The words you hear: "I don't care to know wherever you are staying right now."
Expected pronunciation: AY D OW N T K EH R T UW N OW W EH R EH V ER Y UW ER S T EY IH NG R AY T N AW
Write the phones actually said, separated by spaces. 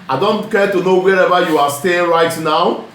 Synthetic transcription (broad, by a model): AY D OW N T K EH T UW N OW W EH R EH V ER Y UW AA S T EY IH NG R AY T N AW